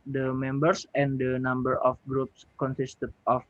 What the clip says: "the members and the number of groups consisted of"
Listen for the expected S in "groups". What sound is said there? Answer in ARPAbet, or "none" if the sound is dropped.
S